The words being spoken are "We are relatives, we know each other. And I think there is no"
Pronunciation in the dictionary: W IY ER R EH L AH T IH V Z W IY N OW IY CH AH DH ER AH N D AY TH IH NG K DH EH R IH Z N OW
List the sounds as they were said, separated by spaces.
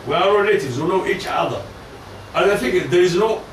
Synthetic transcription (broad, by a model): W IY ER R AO N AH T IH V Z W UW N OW IY CH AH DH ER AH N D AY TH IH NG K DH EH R IH Z N OW